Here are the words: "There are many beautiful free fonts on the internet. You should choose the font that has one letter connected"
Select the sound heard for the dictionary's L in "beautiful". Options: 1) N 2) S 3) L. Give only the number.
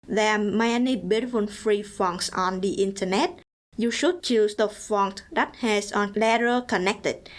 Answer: 1